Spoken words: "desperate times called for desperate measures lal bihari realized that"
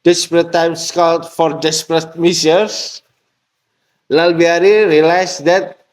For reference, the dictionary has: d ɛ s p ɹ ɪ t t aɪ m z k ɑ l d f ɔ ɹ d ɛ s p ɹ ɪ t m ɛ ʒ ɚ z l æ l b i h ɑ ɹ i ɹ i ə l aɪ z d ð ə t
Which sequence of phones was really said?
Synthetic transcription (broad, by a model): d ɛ s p ɹ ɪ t t aɪ m s k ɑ l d f ɔ ɹ d ɛ s p ɹ ɪ t m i s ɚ s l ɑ l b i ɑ ɹ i ɹ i l aɪ s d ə t